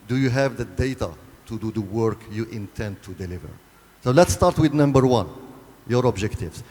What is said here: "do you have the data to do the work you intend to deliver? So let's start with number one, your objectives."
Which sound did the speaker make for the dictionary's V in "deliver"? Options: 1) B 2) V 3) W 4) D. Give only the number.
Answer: 2